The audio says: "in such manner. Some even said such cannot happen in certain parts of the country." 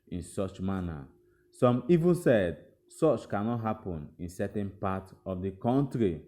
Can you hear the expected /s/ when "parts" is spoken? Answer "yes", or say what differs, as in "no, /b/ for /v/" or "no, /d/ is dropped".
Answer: no, /s/ is dropped